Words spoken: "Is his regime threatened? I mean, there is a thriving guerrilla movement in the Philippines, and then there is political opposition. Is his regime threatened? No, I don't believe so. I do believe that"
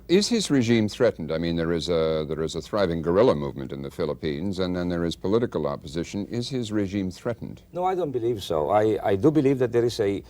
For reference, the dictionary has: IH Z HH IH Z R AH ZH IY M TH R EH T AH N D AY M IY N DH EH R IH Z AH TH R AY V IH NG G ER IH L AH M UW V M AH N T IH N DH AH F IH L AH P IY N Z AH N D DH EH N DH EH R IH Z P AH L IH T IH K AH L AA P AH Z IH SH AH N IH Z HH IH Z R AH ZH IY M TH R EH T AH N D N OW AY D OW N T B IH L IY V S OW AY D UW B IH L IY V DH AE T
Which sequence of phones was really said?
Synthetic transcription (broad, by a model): IH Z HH IH Z R AH ZH IY M TH R EH T N D AY M IY N DH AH R IH Z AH TH R AY V IH NG G ER IH L AH M UW V M AH N T IH N DH AH F IH L AH P IY N Z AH N DH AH N DH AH R IH Z P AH L IH T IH K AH L AA P AH Z IH SH AH N IH Z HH IH Z R AH ZH IY M TH R EH T N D N OW AY D OW N T B IH L IY V S OW AY D UW B IH L IY V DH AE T